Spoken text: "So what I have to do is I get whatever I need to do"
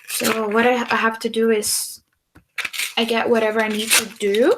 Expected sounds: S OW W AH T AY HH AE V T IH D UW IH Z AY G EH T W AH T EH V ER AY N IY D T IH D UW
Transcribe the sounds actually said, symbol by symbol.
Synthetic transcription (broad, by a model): S OW W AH T AY HH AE F T IH D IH IH Z AY G EH T W AH T EH V ER AY N IY D T IH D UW